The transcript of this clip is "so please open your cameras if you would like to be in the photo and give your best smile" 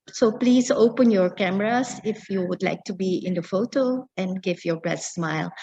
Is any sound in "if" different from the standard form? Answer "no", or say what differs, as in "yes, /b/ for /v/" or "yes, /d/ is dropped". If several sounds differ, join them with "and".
no